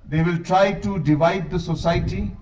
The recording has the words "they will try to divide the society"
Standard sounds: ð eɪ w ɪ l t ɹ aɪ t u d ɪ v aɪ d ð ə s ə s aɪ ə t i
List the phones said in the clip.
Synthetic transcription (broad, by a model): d eɪ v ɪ l t ɹ aɪ t u d ɪ v aɪ d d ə s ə s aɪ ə t i